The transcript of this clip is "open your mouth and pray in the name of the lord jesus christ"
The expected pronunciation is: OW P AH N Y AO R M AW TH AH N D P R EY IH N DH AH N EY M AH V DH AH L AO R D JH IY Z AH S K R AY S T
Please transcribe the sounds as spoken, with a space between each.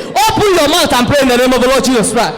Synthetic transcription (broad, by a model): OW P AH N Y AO M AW T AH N P R EY IH N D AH N EY M AH V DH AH L AO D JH IY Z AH S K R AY S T